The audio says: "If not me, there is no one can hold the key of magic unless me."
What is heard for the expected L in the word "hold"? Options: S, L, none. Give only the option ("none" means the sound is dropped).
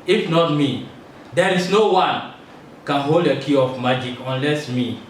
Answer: L